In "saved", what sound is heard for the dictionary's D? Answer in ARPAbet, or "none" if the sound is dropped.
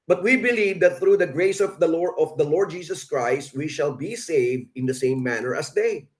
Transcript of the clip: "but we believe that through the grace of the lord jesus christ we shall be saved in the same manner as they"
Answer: D